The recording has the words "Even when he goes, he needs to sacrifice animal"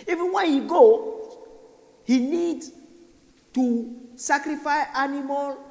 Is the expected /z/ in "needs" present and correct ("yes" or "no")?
no